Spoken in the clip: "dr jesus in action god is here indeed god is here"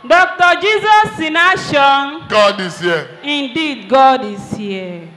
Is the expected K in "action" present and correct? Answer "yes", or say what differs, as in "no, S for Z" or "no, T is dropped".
no, K is dropped